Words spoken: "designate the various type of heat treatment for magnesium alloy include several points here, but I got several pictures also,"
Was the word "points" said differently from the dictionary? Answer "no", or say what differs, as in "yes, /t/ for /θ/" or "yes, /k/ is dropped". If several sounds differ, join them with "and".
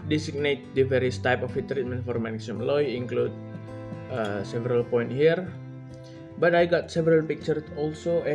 yes, /s/ is dropped